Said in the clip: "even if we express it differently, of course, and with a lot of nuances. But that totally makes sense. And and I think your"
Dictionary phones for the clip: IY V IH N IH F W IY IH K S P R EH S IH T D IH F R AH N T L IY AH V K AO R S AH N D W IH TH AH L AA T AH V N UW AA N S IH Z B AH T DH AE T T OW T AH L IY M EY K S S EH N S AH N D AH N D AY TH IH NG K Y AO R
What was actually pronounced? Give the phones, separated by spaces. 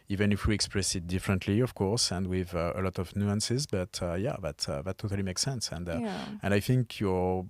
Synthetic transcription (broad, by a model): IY V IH N IH F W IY IH K S P R EH S IH T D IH F R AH N T L IY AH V K AO R S AH N D W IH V AH L AA T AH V N UW AA N S IH Z B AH T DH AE T T OW T AH L IY M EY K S S EH N S AH N D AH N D AY TH IH NG K Y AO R